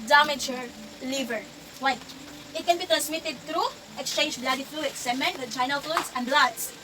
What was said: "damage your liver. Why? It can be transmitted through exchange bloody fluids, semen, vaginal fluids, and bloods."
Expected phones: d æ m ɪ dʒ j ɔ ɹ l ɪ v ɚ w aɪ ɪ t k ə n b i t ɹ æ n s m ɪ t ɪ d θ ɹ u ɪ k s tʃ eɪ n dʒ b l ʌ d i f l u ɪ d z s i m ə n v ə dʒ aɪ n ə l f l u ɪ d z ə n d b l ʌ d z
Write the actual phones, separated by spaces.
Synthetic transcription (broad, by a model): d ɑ m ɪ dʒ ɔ ɹ l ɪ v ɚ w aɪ ɪ t k ə n b i t ɹ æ n s m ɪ t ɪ d t ɹ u ɪ k s tʃ eɪ n dʒ b l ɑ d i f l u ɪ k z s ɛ m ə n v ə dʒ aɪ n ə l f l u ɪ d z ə n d b l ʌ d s